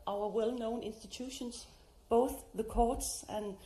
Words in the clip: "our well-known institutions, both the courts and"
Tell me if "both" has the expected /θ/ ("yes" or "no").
yes